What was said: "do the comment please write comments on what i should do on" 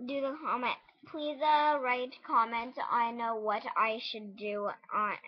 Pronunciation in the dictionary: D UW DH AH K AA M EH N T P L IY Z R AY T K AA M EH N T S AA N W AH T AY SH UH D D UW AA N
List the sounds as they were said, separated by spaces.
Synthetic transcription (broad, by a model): D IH DH AH K AA M EH N T P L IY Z R AY T K AA M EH N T AA N W AH T AY SH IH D D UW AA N